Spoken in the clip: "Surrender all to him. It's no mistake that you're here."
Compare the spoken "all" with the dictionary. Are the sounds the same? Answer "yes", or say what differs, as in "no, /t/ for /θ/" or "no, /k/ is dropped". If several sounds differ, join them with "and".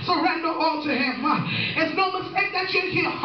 yes